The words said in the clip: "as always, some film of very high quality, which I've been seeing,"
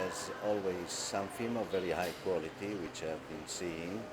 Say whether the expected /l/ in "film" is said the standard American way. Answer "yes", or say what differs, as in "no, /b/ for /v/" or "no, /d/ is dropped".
no, /l/ is dropped